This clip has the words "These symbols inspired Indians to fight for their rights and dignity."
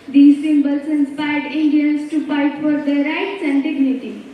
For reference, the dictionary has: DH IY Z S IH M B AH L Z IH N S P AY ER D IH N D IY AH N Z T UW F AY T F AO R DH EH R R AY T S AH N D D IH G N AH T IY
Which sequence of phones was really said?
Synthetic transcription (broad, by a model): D IY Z S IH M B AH L S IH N S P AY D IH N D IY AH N S T UW P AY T F AO R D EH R R AY T S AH N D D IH G N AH T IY